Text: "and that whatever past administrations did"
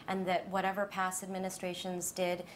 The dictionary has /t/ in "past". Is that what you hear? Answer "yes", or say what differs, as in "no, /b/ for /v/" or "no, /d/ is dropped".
no, /t/ is dropped